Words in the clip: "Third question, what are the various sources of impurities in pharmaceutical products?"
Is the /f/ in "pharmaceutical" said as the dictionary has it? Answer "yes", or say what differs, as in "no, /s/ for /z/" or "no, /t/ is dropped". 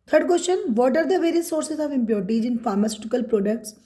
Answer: yes